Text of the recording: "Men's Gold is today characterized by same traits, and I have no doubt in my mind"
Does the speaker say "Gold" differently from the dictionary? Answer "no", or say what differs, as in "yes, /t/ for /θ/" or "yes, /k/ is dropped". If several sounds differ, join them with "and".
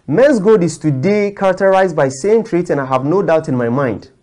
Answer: yes, /l/ is dropped